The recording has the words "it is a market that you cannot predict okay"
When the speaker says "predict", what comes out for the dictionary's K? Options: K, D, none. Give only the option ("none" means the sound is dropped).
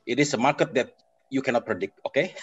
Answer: K